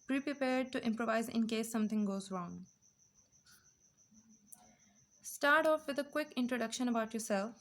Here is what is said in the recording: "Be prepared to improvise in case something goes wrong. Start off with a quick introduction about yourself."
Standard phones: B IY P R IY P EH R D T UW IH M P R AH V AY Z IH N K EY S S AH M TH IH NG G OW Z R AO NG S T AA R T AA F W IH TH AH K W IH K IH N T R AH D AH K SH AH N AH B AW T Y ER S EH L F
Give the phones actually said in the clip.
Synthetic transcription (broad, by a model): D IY P R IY P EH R D T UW IH M P R AH V AY Z IH N K EY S S AH M T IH NG G OW Z R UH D S T AA R T AA F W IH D AH K W IH K IH N T R AH D AH K SH AH N AH B AW T Y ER S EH L F